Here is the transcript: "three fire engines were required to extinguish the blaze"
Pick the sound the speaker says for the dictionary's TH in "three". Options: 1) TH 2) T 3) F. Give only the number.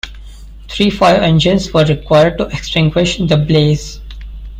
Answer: 2